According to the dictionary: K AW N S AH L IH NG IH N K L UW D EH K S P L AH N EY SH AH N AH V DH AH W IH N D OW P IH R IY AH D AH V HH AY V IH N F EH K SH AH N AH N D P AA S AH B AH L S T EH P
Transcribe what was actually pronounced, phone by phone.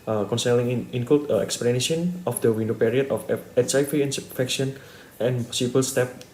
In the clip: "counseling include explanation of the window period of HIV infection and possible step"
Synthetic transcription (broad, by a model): K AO N S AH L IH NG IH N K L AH EH K S P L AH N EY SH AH N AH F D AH W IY N D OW P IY R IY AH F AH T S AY F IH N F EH K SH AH N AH N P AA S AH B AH L S T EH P